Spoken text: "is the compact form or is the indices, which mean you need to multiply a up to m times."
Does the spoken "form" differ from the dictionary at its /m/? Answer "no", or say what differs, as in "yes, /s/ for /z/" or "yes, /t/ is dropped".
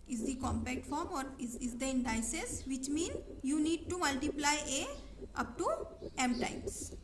no